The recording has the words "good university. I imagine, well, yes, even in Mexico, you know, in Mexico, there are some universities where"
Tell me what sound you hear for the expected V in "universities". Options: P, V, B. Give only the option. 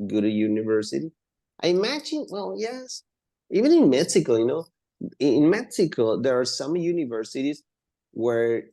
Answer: V